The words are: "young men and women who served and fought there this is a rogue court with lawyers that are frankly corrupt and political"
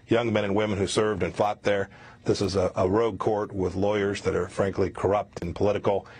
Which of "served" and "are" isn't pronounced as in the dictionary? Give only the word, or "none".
none